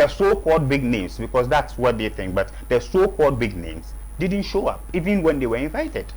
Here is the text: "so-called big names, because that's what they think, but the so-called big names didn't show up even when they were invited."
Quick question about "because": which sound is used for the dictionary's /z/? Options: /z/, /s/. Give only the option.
/s/